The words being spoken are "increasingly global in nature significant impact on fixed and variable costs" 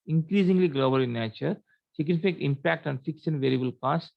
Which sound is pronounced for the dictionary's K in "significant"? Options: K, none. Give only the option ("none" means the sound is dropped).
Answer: none